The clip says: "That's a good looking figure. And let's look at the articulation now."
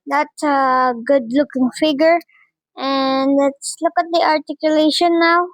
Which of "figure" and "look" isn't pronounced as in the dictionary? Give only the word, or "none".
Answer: none